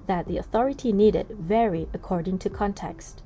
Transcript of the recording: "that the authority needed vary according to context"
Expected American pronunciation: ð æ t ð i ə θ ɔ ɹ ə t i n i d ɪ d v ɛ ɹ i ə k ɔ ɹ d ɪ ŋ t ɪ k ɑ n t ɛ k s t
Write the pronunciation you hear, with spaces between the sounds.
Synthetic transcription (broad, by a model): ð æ t ð i ə θ ɔ ɹ ə t i n i d ɪ d v ɛ ɹ i ə k ɔ ɹ d ɪ ŋ t ɪ k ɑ n t ɛ k s t